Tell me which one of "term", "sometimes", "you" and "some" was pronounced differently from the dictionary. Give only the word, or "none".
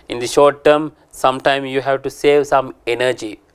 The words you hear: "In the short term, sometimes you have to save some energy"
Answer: sometimes